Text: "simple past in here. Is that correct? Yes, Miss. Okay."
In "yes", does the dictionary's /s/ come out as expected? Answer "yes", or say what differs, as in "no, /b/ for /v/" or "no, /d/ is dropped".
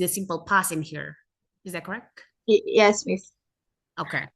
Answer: yes